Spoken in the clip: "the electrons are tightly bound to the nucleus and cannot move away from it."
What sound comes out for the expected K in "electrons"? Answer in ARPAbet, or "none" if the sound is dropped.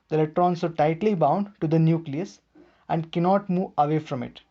none